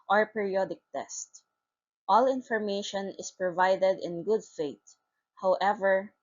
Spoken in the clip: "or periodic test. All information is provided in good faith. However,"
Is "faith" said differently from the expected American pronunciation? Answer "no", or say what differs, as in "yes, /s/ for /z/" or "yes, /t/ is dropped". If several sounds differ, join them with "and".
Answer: yes, /t/ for /θ/